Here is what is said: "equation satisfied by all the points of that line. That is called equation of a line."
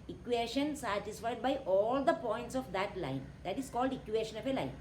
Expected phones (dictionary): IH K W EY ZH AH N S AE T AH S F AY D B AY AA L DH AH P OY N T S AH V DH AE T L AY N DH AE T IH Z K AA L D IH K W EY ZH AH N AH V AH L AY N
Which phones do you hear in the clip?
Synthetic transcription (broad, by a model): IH K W EY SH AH N S AE T AH S F AY D B AY AA L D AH P OY N T S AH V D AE T L AY N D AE T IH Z K AA L D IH K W EY SH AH N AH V AH L AY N